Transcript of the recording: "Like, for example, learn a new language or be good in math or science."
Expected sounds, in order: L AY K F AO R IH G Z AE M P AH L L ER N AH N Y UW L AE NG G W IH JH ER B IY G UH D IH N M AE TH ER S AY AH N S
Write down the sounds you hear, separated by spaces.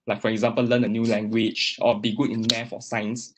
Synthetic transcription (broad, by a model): L AY K F AO R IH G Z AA M P AH L L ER N AH N Y UW L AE NG G W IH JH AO B IY G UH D IH N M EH F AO S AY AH N S